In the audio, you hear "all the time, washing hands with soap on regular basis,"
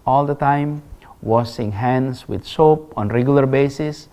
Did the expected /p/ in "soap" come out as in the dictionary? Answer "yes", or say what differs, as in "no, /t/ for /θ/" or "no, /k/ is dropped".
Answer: yes